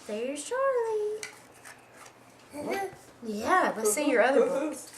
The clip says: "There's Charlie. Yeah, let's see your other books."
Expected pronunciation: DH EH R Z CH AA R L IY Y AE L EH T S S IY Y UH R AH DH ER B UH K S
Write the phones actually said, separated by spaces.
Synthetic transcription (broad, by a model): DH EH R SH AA R L IY Y AE W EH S S IY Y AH R AH DH ER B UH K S